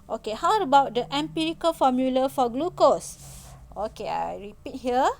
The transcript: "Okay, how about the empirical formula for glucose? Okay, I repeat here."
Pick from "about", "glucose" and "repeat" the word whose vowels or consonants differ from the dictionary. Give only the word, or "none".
none